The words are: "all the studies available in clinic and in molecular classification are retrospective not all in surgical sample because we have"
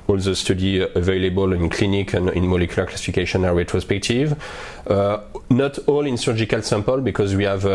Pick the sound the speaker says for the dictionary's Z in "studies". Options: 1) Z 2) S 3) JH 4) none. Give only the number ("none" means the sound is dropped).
4